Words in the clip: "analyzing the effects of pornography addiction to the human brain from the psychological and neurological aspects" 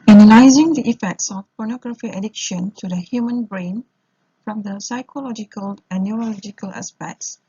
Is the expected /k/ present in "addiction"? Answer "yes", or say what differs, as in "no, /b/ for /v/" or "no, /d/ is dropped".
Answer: yes